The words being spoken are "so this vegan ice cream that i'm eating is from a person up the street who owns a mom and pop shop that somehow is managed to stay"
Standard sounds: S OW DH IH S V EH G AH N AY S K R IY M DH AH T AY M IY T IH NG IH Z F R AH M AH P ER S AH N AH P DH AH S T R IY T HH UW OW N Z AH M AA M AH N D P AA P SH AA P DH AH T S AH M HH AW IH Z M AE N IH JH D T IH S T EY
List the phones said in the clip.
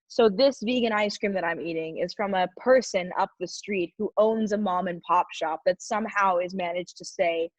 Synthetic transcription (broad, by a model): S OW DH IH S V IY G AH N AY S K R IY M DH AH T AY M IY T IH NG IH Z F R AH M AH P ER S AH N AH P DH AH S T R IY T HH UW OW N Z AH M AA M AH N P AA P SH AA P DH AH T S AH M HH AW IH Z M AE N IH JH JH T IH S EY